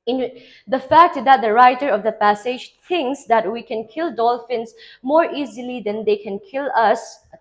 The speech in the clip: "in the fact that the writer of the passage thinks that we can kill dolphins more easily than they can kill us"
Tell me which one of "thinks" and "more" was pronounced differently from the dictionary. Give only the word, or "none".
thinks